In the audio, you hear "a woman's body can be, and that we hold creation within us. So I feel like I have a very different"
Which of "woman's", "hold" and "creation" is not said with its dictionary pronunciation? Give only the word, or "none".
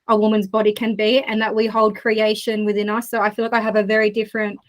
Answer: none